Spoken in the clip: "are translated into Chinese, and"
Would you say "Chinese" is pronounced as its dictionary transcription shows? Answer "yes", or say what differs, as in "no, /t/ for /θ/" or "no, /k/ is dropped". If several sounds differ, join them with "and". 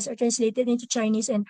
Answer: no, /s/ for /z/